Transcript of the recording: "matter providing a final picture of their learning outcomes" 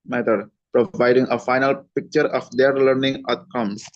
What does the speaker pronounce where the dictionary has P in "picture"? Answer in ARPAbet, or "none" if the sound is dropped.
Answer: P